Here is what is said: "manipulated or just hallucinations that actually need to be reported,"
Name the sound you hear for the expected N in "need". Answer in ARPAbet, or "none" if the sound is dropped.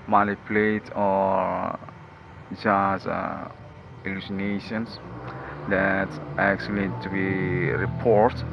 L